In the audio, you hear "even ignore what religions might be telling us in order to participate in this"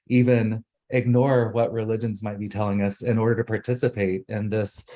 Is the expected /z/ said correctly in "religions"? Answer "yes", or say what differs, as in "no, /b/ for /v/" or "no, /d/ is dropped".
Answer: yes